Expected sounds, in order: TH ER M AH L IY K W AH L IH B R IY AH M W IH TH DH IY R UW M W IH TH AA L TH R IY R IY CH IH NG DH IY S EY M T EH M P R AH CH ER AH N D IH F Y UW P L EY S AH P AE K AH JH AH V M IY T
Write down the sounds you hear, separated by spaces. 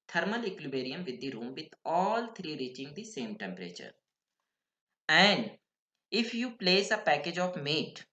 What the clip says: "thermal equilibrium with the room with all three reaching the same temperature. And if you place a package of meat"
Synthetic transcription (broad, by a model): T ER M AH L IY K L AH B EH R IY AH M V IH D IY R UW M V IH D AA L T R IY R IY CH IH NG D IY S EY M T EH M P R AH CH ER AH N D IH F Y UW P L EY S AH P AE K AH JH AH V M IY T